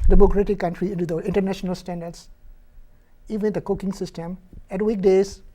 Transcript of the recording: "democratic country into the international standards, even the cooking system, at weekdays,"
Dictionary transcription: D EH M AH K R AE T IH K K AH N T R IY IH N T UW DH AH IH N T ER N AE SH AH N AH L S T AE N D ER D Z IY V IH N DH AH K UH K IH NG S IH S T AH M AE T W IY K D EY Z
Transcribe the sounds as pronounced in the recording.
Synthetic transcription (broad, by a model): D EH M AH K R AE T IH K K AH N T R IY IH N T UW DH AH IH N T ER N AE SH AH N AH L S T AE N D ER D S IY V IH N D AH K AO K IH NG S IH S T AH M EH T W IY K D EY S